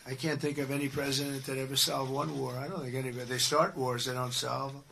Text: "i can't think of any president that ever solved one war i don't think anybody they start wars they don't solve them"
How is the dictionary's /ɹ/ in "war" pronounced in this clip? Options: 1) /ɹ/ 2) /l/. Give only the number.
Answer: 1